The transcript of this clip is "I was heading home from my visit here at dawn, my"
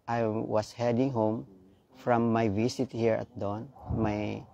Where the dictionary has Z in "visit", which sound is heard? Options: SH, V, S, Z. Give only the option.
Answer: S